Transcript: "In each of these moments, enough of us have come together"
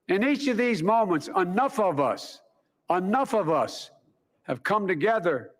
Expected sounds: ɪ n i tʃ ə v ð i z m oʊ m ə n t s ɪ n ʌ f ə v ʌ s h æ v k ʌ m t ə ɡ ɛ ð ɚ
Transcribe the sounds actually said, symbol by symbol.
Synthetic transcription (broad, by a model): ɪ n i tʃ ə v ð i z m oʊ m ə n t s ɪ n ʌ f ə v ʌ s h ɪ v k ʌ m t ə ɡ ɛ ð ɚ